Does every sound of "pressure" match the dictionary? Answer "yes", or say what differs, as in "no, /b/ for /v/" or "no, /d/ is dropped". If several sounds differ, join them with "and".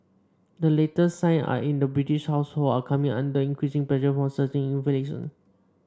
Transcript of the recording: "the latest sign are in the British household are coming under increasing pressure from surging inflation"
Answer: no, /l/ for /ɹ/